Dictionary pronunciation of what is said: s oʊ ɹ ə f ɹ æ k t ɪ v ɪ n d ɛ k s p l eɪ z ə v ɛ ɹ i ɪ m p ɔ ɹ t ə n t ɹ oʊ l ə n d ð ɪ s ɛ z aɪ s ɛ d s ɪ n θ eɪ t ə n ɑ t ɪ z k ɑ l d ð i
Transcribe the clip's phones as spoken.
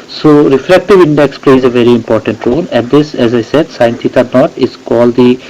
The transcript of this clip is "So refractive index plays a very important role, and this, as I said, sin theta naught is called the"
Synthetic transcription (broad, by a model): s oʊ ɹ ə f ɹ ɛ k t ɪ v ɪ n d ɛ k s p l eɪ z ə v ɛ ɹ i ɪ m p ɔ ɹ t ə n t ɹ oʊ l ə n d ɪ s ɛ z aɪ s ɛ d s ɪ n t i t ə n ɑ t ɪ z k ɑ l d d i